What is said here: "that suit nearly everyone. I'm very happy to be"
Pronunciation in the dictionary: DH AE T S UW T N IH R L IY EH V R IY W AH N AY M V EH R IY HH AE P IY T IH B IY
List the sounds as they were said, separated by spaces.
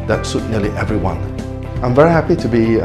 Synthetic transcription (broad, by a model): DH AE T S UW T N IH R L IY EH V R IY W AH N AY M V EH R IY HH AE P IY T IH B IY